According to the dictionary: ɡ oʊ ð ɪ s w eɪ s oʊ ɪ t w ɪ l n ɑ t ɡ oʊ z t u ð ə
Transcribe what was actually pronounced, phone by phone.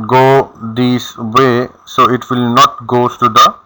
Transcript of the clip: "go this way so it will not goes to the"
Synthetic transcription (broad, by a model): ɡ oʊ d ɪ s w eɪ s oʊ ɪ t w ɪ l n ɑ t ɡ oʊ t u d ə